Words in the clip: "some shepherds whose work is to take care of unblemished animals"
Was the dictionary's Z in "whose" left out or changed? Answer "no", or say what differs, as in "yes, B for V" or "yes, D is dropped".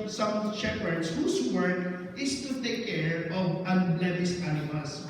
yes, S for Z